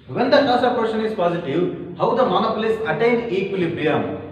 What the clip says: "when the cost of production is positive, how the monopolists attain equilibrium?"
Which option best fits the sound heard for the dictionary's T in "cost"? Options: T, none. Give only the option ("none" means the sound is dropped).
none